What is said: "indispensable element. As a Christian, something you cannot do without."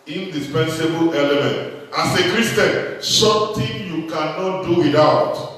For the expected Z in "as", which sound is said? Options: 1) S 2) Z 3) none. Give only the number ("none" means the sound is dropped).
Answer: 1